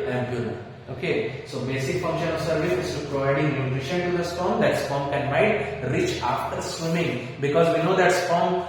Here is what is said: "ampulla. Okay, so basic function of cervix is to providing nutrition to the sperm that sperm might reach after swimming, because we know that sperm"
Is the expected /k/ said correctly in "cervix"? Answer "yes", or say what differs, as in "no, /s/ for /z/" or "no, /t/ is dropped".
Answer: no, /k/ is dropped